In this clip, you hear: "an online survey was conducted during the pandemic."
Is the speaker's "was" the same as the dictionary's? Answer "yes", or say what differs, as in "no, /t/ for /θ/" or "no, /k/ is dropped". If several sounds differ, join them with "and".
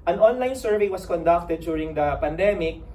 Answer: no, /s/ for /z/